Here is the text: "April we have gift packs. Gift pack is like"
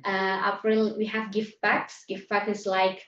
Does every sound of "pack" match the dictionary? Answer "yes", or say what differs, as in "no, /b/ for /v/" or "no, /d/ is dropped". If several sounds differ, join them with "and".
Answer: no, /b/ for /p/